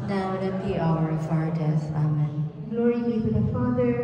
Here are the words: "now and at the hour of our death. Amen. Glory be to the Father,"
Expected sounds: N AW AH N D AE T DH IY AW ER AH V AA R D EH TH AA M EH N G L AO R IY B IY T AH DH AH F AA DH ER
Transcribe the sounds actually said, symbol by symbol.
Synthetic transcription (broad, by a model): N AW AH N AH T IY AW ER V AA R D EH S AA M EH N G L AO R IY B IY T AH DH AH F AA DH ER